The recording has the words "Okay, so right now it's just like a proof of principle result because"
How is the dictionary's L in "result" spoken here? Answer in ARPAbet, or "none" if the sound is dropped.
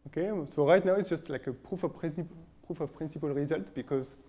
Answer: L